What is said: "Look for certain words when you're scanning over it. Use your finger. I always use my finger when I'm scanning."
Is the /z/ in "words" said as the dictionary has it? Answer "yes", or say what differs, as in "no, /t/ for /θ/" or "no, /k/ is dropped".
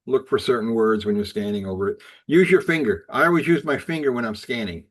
yes